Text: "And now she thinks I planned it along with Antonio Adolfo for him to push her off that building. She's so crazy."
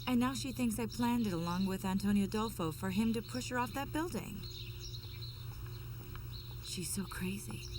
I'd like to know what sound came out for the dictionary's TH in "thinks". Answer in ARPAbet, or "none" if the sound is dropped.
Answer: TH